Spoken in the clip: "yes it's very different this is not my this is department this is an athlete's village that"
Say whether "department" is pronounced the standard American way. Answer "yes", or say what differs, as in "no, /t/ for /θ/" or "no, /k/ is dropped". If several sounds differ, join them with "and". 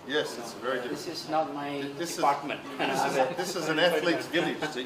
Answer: no, /m/ is dropped